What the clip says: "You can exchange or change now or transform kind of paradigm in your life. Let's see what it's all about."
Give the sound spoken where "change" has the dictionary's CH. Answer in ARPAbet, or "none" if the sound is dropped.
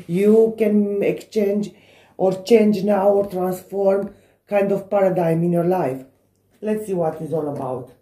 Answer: CH